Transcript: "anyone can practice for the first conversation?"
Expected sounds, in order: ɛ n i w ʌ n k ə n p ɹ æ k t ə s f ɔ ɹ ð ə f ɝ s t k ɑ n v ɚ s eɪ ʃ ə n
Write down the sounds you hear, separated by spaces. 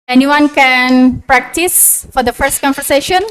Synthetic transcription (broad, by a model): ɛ n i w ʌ n k ə n p ɹ æ k t ə s f ɔ ɹ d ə f ɝ s t k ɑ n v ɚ s eɪ ʃ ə n